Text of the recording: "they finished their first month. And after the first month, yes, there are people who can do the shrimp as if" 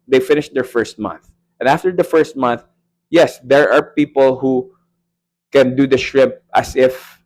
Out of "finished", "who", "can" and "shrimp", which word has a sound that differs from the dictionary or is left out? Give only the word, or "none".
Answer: shrimp